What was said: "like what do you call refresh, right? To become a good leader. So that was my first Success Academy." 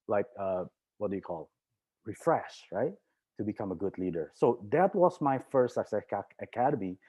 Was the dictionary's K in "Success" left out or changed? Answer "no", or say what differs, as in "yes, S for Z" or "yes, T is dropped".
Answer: yes, K is dropped